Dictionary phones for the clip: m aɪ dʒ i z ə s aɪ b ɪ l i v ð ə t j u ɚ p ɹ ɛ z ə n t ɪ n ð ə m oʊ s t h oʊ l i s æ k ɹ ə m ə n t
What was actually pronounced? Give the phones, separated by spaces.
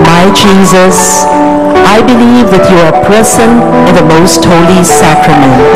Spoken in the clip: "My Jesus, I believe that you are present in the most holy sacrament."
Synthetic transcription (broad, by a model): m aɪ dʒ i z ə s aɪ b ɪ l i v ð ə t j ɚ p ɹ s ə n ɪ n ð ə m oʊ s t h oʊ l i s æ k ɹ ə m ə n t